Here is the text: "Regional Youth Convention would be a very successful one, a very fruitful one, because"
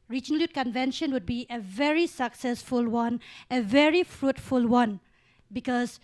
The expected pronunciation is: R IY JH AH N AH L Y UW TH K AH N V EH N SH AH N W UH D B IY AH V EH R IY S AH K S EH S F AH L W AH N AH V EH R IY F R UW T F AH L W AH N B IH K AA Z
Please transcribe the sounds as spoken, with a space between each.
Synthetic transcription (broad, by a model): R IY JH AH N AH L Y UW T K AH N V EH N SH AH N W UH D B IY AH V EH R IY S AH K S EH S F AH L W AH N AH V EH R IY F R UW T F AH L W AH N B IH K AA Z